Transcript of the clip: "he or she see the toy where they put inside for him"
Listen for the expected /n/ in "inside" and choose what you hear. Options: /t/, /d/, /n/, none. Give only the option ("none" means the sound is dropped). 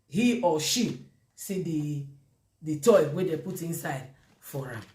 /n/